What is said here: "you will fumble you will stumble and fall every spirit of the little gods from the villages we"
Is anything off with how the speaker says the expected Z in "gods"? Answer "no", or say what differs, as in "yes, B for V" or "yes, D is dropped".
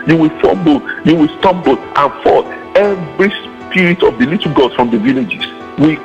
yes, Z is dropped